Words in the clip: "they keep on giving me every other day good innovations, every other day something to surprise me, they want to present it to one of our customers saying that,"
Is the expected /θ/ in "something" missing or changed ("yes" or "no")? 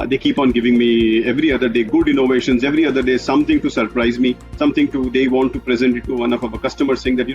yes